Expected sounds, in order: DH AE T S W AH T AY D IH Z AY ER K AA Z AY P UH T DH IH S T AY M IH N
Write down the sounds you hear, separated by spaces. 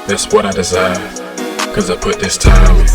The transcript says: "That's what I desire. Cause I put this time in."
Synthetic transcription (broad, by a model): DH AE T S W AH T AY D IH Z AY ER K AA Z AY P UH T DH IH S T AY M